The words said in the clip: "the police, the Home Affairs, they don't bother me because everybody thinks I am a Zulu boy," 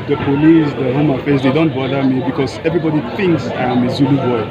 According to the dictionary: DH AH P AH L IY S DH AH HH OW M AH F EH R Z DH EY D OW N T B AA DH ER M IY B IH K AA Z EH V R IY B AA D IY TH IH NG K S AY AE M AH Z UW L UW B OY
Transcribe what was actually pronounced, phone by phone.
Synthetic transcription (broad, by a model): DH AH P AH L IY S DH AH HH OW M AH F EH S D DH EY D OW N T B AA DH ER M IY B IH K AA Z EH V R IY B AA D IY TH IH NG K S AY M AH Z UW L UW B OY